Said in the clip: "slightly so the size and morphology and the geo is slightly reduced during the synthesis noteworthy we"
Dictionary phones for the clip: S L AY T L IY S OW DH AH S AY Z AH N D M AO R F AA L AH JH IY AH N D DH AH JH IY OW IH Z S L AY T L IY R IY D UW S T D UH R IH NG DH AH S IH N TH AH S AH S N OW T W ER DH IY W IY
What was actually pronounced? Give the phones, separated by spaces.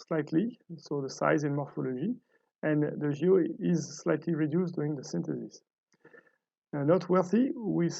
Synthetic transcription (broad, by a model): S L AY T L IY S OW DH AH S AY Z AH N M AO R F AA L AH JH IY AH N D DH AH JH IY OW IH Z S L AY T L IY R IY D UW S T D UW R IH NG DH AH S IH N T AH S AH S N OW T W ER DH IY W IY